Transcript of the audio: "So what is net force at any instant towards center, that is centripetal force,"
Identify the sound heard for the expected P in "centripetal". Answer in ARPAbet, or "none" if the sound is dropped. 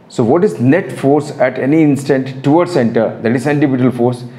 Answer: B